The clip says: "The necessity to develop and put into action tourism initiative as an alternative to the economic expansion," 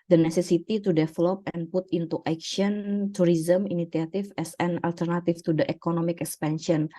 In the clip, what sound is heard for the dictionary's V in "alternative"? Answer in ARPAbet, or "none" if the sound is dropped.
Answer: F